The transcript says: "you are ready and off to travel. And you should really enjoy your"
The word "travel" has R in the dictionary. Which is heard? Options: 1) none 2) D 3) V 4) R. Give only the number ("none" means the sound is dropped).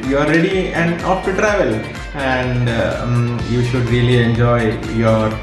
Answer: 4